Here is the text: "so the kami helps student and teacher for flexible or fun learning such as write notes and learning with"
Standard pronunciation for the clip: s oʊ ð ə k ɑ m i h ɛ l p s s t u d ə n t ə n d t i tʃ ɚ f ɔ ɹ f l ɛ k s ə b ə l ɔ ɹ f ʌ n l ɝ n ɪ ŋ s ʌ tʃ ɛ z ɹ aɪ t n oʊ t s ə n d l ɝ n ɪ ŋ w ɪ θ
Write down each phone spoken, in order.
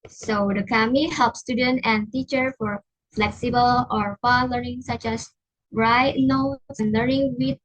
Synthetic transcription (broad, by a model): s oʊ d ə k ɑ m i h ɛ l p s s t u d ə n t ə n t i tʃ ɚ f ɔ ɹ f l ɛ k s ə b ə l ɔ ɹ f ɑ l ɝ n ɪ ŋ s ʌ tʃ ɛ s ɹ aɪ t n oʊ t s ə n l ɝ n ɪ ŋ w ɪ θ